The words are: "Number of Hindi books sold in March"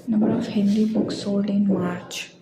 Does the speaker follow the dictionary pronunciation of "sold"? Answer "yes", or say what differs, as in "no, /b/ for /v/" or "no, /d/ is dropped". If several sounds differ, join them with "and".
no, /d/ is dropped